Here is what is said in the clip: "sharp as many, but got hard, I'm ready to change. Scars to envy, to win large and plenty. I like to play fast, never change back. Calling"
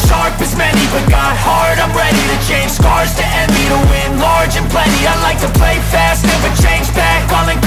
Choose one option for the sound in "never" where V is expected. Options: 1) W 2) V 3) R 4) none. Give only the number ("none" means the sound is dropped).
1